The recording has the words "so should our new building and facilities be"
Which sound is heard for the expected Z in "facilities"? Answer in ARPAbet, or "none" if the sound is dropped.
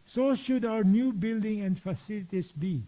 S